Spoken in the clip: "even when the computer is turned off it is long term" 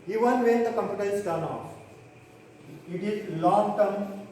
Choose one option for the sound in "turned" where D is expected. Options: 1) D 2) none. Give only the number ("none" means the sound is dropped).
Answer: 2